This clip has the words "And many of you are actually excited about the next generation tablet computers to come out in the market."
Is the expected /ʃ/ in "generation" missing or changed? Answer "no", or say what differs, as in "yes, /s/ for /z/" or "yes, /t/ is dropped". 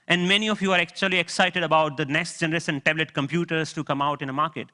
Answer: yes, /s/ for /ʃ/